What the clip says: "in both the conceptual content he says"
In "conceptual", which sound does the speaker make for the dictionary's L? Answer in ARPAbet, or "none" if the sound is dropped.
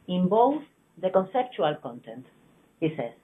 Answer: L